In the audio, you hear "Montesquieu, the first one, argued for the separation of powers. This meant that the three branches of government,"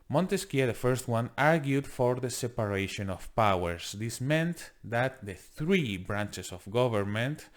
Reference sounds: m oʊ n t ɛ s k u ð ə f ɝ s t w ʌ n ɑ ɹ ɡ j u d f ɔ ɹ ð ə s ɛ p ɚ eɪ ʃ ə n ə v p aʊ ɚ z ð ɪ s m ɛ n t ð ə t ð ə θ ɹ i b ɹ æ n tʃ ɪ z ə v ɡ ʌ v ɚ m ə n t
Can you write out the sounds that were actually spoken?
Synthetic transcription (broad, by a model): m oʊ n t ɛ s k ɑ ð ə f ɝ s t w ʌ n ɑ ɹ ɡ j u d f ɔ ɹ ð ə s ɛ p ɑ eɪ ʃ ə n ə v p aʊ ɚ s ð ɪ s m ɛ n t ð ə t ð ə θ ɹ i b ɹ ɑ n tʃ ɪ s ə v ɡ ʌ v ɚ m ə n t